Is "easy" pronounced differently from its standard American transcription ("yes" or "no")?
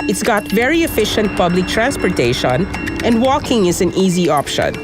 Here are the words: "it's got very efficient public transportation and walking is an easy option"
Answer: no